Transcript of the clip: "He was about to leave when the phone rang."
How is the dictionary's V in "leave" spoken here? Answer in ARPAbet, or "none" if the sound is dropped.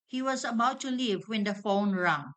V